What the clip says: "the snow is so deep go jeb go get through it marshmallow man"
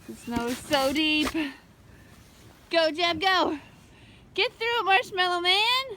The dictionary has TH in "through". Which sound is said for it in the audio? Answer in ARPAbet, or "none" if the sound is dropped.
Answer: TH